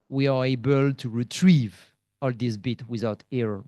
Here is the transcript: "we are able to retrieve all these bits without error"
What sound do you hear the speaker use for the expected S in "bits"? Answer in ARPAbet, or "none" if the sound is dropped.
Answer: none